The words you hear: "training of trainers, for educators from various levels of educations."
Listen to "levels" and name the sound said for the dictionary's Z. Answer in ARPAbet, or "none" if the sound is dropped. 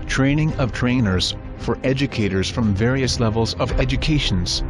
Z